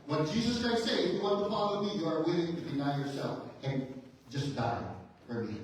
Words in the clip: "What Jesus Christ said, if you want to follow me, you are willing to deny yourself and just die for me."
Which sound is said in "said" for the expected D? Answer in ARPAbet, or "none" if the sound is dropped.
none